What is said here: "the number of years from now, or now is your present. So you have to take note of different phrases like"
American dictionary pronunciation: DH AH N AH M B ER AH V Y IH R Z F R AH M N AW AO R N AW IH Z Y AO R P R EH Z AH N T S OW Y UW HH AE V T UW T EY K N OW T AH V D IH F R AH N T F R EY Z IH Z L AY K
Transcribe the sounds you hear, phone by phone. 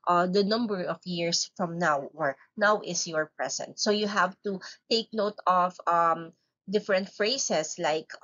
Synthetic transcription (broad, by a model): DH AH N AH M B ER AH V Y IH R S F R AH M N AW AO R N AW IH S Y AO R P R EH S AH N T S OW Y UW HH AE V T UW T EY K N OW T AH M D IH F R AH N T F R EY S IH S L AY K